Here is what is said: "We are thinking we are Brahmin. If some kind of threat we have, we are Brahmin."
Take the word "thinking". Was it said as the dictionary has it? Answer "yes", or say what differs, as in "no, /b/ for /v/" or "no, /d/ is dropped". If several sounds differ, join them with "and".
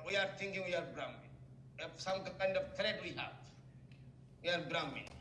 no, /t/ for /θ/